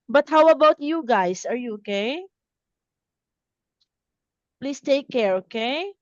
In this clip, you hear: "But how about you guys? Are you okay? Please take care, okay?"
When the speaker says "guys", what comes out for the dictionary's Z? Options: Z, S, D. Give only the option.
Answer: S